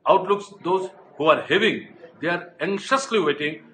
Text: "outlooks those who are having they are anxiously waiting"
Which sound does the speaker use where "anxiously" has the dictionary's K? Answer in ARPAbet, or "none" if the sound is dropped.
none